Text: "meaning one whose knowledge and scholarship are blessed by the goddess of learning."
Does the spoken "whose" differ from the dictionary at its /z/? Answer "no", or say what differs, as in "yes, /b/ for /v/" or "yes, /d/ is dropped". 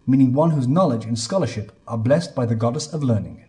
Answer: no